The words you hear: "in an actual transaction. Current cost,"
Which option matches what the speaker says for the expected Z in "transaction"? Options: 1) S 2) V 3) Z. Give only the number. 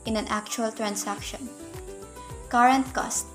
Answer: 1